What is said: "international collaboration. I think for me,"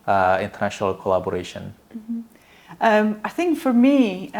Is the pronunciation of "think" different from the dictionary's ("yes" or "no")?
no